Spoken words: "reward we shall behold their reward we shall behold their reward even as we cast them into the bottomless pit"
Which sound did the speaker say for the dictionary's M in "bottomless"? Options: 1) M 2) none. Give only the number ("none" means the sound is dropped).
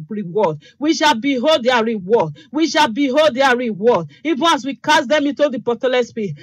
2